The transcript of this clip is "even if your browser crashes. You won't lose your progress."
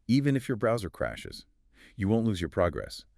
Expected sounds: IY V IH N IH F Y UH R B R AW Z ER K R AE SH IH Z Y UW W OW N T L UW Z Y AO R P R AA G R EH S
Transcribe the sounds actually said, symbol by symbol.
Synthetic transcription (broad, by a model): IY V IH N IH F Y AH R B R AW Z ER K R AE SH IH Z Y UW W OW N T L UW Z Y AO R P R AA G R EH S